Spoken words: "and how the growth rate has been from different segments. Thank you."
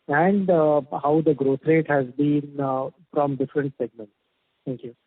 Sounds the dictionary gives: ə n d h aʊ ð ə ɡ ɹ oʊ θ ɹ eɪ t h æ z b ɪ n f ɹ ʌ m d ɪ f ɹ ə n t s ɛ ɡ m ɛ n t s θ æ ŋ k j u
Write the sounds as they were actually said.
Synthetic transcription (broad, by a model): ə n d h aʊ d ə ɡ ɹ oʊ t ɹ eɪ t h æ z b ɪ n f ɹ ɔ m d ɪ f ɹ ə n t s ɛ ɡ m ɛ n t s t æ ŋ k j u